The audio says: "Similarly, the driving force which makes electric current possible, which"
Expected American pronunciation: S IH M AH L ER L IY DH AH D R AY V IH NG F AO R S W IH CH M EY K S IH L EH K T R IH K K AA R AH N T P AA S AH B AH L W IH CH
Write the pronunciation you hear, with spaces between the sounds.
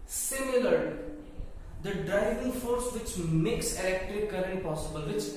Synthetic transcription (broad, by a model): S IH M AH L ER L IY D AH D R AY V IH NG F AO R S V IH CH M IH K S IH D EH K T IH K K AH R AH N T P AA S AH B AH L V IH CH